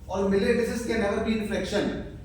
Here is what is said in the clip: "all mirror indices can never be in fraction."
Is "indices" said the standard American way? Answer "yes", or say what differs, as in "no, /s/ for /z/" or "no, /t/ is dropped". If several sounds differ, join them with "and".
no, /n/ is dropped